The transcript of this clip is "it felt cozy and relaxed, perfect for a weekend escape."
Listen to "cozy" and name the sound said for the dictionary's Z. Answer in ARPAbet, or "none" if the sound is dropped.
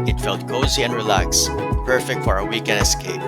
Z